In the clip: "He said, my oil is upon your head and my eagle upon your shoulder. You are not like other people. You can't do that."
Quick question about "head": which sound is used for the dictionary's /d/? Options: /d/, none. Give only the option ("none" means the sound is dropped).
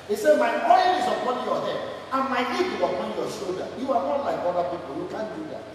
none